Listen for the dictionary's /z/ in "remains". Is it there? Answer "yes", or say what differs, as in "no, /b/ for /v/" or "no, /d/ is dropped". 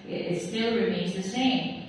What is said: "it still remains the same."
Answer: yes